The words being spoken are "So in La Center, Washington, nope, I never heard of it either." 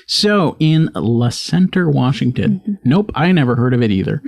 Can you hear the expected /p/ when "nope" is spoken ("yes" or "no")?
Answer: yes